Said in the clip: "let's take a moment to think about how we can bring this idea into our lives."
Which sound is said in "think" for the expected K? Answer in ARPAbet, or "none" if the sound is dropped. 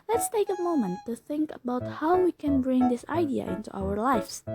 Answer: K